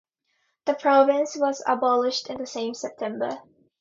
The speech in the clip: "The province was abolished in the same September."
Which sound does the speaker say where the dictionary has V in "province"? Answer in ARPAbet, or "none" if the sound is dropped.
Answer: V